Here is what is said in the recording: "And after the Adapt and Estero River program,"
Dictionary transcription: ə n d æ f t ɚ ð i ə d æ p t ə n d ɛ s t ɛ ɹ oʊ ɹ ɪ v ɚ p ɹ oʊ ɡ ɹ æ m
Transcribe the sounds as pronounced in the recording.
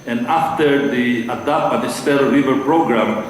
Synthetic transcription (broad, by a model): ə n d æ f t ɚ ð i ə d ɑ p ə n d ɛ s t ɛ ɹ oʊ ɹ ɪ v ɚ p ɹ oʊ ɡ ɹ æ m